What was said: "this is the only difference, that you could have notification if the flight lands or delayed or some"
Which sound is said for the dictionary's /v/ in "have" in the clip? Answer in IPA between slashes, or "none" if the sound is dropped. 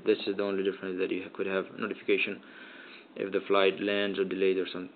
/v/